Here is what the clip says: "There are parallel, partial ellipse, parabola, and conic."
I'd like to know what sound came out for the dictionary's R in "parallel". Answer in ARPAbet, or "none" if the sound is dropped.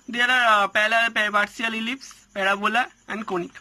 L